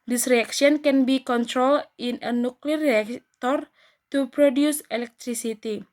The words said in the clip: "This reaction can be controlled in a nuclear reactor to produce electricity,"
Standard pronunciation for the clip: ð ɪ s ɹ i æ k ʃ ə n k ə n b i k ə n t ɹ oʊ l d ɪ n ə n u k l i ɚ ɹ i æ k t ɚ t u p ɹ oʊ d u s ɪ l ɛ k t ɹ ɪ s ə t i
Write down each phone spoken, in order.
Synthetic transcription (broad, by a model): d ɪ s ɹ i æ k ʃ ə n k ə n b i k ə n t ɹ oʊ l ɪ n ə n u k l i ɹ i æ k t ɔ t u p ɹ oʊ d u s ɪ l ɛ k t ɹ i s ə t i